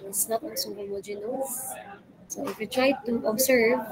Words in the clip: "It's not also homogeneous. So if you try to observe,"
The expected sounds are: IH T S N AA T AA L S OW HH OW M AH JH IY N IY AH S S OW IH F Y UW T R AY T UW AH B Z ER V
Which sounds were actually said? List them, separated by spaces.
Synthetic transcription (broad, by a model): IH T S N AA T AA N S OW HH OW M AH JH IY N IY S S OW IH F Y UW T R AY T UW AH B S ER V